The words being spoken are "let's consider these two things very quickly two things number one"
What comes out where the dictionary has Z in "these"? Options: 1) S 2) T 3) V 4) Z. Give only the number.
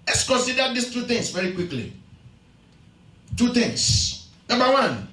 1